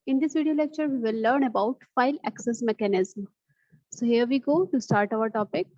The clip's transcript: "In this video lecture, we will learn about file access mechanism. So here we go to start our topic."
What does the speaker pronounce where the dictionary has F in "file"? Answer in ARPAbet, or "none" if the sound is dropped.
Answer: F